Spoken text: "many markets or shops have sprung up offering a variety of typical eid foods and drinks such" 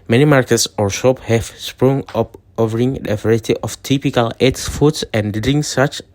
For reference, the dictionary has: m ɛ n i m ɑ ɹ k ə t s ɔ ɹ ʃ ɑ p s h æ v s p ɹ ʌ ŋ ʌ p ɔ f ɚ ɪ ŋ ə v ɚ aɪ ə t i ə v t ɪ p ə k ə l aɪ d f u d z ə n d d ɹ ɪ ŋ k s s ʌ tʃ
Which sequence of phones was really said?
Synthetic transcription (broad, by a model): m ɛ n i m ɑ ɹ k ə t s ɔ ɹ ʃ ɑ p h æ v s p ɹ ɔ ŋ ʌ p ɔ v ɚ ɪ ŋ ə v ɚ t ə t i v t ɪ p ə k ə l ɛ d f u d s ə n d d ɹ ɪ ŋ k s s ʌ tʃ